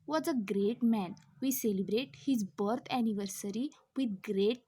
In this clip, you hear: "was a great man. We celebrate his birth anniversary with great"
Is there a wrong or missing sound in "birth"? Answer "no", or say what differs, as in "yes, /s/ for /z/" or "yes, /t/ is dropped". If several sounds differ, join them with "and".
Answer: yes, /t/ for /θ/